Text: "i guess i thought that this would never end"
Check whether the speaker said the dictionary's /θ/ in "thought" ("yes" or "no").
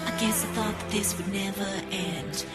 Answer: yes